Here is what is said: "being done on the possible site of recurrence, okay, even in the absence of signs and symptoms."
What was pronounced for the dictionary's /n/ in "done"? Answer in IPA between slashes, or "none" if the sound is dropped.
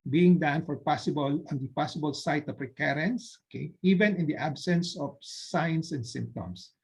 /l/